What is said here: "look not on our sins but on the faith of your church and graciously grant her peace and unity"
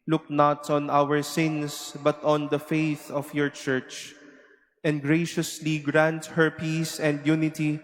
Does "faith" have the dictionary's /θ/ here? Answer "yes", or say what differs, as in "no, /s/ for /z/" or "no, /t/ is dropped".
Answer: yes